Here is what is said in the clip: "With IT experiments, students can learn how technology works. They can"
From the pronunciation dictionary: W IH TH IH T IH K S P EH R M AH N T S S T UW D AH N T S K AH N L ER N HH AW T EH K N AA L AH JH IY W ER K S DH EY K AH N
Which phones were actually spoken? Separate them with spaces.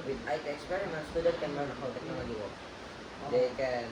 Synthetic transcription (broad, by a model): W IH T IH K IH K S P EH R AH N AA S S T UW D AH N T K AH N L ER N HH AW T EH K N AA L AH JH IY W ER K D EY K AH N